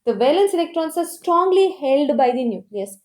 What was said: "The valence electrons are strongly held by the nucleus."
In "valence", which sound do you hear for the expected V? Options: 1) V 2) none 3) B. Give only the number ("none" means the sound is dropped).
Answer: 1